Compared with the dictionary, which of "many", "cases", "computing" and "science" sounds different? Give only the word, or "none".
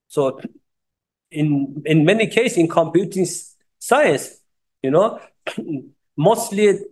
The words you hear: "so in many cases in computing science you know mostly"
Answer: cases